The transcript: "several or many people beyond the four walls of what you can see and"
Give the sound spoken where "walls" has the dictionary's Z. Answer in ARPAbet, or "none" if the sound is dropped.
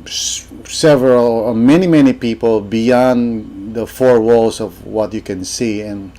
S